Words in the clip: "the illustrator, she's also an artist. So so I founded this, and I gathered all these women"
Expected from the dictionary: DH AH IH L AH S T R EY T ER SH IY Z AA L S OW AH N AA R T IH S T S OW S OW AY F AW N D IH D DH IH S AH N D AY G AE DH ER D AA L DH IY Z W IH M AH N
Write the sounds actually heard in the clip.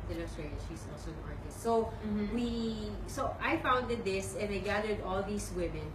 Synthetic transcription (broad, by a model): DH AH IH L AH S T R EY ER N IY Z AA L S OW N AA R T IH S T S OW S OW AY F AW N D IH D DH IH S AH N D AY G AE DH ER D AA L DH IY S W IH M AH N